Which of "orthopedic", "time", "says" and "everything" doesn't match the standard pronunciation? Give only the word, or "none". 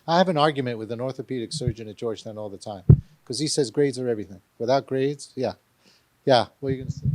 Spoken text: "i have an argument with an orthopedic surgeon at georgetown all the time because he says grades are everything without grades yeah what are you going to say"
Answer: none